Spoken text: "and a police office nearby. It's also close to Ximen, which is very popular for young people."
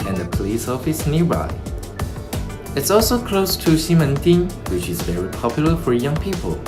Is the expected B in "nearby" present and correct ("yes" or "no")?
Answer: no